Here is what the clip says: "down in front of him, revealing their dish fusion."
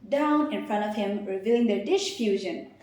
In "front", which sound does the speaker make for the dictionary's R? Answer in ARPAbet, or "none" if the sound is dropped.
R